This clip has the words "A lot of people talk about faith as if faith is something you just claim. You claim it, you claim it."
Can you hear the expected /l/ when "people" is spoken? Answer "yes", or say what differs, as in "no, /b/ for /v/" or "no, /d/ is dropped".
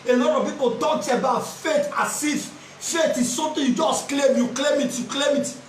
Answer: no, /n/ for /l/